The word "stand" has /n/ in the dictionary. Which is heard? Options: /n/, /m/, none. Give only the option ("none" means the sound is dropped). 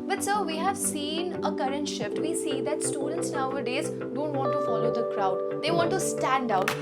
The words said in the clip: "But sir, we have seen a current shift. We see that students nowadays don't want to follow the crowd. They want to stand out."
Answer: /n/